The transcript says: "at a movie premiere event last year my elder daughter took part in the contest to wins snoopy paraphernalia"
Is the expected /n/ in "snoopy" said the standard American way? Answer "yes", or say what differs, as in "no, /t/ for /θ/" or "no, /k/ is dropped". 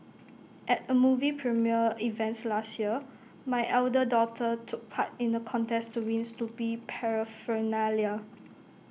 no, /l/ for /n/